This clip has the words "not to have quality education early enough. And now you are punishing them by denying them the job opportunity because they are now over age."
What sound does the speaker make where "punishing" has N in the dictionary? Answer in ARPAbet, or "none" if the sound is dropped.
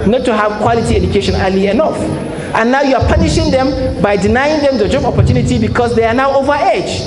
N